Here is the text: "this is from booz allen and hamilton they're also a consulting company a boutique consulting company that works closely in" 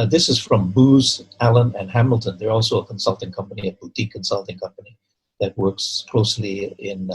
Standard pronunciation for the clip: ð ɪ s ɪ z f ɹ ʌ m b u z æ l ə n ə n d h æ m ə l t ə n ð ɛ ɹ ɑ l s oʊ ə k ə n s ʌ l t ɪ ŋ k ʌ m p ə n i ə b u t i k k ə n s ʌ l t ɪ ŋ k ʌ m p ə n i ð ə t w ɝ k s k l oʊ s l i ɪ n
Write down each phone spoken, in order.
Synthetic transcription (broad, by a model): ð ɪ s ɪ z f ɹ ʌ m b u z æ l ə n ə n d h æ m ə l t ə n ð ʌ ɹ ɑ l s oʊ ə k ə n s ʌ l t ɪ ŋ k ʌ m p ə n i ə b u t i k k ə n s ʌ l t ɪ ŋ k ʌ m p ə n i ð ə t w ɝ k s k l oʊ s l i ɪ n